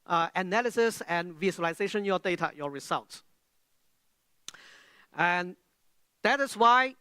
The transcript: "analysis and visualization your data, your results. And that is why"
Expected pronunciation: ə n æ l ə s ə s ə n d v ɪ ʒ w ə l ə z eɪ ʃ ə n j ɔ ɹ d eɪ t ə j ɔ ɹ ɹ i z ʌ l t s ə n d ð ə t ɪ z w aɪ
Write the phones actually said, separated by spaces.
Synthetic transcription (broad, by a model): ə n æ l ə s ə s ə n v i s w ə l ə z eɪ ʃ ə n j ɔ d eɪ t ə j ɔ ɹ ɹ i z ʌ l t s ə n d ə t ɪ s w aɪ